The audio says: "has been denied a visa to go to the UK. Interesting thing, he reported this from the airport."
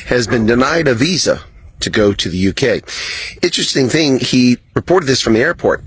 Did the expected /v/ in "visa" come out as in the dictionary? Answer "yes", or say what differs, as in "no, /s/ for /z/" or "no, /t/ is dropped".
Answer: yes